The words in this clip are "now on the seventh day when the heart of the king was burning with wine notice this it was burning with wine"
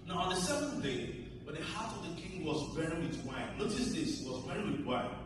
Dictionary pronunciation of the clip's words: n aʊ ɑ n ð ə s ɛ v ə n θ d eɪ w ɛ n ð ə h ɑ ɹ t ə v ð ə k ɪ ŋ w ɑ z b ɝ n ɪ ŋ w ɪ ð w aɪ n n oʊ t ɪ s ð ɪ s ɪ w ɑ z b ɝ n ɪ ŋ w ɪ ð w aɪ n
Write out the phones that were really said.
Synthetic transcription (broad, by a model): n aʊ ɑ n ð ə s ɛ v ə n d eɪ w ɛ n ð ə h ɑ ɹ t ə v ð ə k ɪ ŋ w ɑ z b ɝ ɪ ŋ w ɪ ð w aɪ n l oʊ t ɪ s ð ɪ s w ɑ z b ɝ ɪ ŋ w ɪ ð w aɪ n